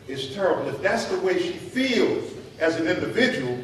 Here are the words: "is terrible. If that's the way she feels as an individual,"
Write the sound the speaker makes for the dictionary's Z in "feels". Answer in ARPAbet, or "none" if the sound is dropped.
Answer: Z